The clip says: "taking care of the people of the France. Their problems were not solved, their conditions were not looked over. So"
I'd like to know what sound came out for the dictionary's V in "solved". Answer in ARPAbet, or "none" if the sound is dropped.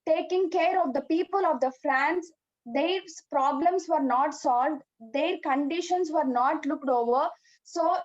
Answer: V